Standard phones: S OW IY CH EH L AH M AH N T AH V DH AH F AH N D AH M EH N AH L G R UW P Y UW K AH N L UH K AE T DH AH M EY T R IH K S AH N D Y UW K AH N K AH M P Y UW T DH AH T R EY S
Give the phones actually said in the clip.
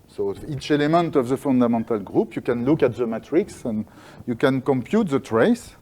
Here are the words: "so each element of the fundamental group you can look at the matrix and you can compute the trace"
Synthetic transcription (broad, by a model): S OW IY CH EH L AH M AH N T AH V DH AH F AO N D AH M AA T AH L G R UW P Y UW K AH N L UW K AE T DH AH M EY T R IH K S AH N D Y UW K AH N K AH M P Y UW T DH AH T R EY S